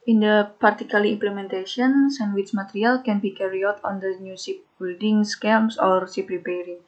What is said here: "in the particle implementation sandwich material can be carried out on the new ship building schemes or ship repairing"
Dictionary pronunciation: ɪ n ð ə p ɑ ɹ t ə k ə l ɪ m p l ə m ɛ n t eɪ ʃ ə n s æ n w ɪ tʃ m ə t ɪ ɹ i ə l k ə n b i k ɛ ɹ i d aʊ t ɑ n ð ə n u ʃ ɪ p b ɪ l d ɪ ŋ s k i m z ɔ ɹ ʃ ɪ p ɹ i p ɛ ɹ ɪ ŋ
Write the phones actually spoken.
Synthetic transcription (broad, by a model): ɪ n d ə p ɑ ɹ t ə k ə l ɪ m p l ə m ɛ n t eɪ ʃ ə n s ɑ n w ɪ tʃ m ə t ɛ ɹ i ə l k ə n b i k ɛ ɹ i aʊ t ɑ n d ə n u s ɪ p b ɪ l d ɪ ŋ s k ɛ m s ɔ ɹ s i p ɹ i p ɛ ɹ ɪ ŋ